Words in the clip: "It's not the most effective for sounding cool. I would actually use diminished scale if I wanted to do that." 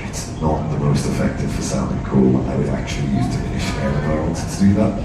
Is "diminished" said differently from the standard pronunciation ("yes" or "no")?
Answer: yes